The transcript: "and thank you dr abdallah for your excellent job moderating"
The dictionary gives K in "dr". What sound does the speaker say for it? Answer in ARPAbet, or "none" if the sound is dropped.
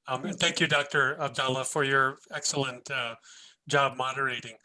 K